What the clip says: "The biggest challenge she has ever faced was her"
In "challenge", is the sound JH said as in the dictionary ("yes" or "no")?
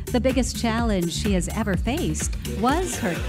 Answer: no